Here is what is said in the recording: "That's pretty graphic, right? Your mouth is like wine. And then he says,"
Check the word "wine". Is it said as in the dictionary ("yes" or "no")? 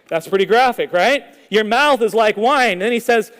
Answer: no